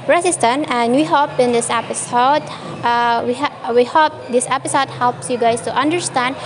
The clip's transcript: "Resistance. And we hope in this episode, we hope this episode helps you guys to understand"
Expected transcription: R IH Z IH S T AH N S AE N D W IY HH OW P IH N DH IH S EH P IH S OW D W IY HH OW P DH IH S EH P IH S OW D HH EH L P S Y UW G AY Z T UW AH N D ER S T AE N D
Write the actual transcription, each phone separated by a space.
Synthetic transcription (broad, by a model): R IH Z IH S T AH N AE N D W IY HH OW P IH N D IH S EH P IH S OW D W IY HH OW P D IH S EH P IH S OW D HH EH L P S Y UW G AY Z T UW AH N D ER S T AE N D